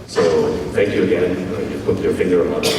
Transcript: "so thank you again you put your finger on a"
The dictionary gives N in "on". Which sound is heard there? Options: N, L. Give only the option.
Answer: L